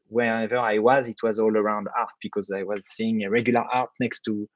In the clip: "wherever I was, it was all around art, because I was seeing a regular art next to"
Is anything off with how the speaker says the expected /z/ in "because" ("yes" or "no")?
no